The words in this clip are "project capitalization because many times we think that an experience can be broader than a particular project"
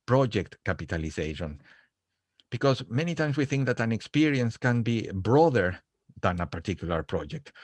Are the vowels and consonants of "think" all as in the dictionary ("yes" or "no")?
yes